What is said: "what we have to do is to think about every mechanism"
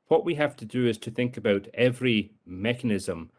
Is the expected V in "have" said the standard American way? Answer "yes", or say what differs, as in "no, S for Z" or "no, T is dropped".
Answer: no, F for V